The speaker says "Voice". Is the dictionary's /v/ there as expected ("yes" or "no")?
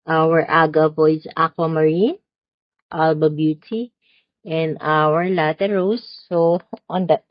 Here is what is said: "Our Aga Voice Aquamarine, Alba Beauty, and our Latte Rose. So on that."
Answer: no